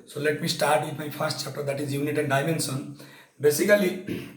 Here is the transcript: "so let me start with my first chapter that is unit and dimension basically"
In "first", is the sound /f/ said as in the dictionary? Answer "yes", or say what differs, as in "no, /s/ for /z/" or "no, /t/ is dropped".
no, /p/ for /f/